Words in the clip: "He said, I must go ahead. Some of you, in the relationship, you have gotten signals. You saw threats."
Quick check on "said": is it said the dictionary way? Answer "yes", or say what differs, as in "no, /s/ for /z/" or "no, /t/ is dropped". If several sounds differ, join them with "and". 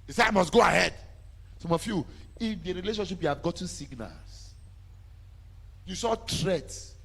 no, /d/ is dropped